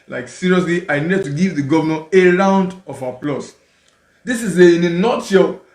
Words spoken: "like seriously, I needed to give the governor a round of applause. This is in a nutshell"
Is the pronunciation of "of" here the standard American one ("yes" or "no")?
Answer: no